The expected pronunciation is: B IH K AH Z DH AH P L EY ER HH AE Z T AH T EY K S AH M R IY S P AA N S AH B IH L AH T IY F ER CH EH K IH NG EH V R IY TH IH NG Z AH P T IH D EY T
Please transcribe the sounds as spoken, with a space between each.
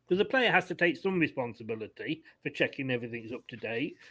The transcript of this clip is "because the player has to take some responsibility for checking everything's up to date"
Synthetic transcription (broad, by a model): K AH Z DH AH P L EY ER HH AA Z T AH T EY K S AH M R IY S P AA N S AH B IH L AH T IY F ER CH EH K IH NG EH V R IY TH IH NG Z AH P T IH D EY T